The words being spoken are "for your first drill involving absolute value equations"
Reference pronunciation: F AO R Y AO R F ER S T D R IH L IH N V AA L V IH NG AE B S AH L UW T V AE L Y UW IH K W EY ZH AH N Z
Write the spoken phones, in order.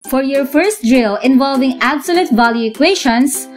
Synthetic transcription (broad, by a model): F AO R Y AO R F ER S T D R IH L IH N V AA L V IH NG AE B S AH L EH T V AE L Y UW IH K W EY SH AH N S